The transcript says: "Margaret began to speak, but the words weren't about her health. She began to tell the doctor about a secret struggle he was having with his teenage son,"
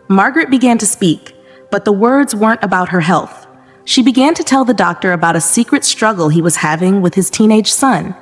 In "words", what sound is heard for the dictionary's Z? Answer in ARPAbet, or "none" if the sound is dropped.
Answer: Z